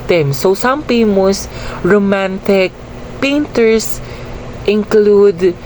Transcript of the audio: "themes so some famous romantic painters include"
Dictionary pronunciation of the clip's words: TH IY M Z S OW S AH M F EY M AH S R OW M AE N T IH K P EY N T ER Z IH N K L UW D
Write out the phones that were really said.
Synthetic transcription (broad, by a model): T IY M S OW S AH M P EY M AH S R OW M AE N T IH K P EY N T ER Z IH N K L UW D